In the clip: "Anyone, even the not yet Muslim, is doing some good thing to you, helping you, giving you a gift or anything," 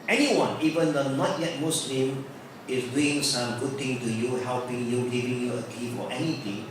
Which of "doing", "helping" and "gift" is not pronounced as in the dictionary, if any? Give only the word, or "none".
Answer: gift